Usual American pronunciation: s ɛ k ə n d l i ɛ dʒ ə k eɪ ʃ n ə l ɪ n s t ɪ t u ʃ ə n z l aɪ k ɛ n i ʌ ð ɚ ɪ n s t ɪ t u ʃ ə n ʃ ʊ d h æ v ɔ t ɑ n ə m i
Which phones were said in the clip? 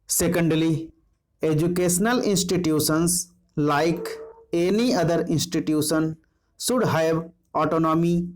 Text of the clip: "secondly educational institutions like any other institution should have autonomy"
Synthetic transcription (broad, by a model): s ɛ k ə n d l i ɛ dʒ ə k eɪ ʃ n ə l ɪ n s t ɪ t u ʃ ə n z l aɪ k ɛ n i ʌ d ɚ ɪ n s t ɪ t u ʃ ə n s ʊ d h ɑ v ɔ t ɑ n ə m i